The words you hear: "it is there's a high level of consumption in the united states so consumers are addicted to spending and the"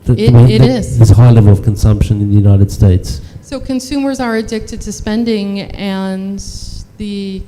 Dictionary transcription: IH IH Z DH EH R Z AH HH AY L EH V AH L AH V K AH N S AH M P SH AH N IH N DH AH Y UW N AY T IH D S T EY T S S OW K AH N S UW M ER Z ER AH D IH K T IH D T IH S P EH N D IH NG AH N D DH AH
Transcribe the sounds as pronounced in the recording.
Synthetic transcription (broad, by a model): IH IH Z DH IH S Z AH HH AY L EH V AH L AH V K AH N S AH M P SH AH N IH N DH AH Y UW N AY T IH D S T EY T S S OW K AH N S UW M ER Z ER AH D IH K T IH D T IH S P EH N D IH NG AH N DH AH